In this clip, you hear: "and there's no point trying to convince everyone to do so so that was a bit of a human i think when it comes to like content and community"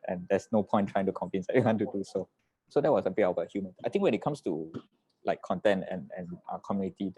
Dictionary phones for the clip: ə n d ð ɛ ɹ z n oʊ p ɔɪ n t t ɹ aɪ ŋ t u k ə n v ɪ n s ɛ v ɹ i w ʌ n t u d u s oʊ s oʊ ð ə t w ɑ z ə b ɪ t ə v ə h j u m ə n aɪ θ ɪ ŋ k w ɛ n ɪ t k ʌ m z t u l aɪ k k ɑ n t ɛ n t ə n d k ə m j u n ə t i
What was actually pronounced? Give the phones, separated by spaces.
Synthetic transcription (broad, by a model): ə n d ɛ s n oʊ p ɔɪ n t t ɹ aɪ ŋ t u k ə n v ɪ n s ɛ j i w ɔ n t u d u s oʊ s oʊ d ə t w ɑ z ə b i ə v ə h j u m ə n aɪ t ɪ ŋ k w ɛ n ɪ t k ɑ m s t u l aɪ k k ɑ n t ɛ n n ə n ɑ k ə m j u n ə t i